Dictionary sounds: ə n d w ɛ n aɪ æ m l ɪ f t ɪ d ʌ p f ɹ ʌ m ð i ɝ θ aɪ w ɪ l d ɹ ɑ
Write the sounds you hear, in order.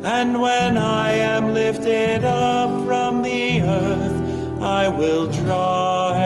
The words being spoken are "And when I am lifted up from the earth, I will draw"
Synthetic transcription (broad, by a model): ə n w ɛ n aɪ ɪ m l ɪ f t ɪ d ʌ p f ɹ ʌ m ð i ɝ θ aɪ w ɪ l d ɹ ɑ